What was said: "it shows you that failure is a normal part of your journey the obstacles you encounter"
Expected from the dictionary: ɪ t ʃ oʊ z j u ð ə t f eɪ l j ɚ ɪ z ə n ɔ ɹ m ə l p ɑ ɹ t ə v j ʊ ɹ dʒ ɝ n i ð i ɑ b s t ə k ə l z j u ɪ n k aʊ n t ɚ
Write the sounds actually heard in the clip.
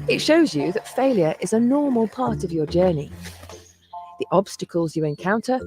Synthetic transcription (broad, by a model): ɪ t ʃ oʊ z j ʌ ð ə t f eɪ l j ɚ ɪ z ə n ɔ m ə l p ɑ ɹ t ə v j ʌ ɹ dʒ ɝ n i ð i ɑ b s t ə k ə l z j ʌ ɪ n k aʊ n t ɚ